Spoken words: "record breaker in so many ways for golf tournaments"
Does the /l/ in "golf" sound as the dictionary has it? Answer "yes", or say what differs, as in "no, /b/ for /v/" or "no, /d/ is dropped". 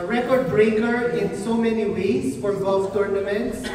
no, /l/ is dropped